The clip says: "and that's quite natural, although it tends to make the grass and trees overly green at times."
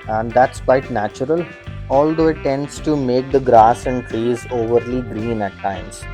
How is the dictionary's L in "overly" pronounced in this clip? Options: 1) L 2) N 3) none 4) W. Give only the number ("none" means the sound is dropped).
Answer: 1